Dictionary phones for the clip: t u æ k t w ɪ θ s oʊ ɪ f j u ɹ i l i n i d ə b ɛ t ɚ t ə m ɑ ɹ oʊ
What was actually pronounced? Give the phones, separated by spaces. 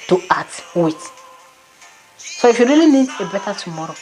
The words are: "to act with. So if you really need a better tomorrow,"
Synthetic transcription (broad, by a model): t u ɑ t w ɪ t s oʊ ɪ f j u ɹ i l i n i d ə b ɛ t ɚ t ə m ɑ ɹ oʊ